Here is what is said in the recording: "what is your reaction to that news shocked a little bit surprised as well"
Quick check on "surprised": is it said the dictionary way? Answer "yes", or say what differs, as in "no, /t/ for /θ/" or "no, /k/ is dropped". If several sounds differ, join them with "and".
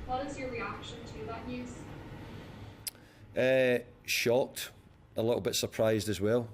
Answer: yes